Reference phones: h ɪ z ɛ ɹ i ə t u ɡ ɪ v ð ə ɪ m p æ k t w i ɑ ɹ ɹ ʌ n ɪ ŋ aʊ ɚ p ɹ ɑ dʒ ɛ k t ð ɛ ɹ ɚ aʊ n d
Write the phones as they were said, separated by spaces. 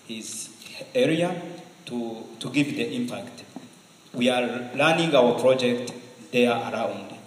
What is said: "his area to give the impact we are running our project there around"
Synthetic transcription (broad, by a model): h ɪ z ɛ ɹ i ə t u ɡ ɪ v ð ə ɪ m p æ k t w i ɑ l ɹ n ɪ ŋ aʊ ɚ p ɹ ɑ dʒ ɛ k t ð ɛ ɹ aʊ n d